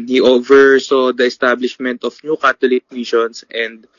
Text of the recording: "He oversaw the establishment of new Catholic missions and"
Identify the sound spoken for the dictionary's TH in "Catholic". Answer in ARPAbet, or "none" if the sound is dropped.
T